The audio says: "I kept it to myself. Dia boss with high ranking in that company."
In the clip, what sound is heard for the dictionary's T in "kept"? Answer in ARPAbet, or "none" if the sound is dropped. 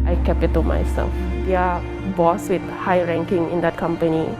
none